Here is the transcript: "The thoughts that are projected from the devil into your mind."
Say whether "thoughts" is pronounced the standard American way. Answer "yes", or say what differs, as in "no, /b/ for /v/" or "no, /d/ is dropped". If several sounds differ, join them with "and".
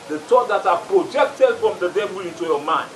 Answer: no, /t/ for /θ/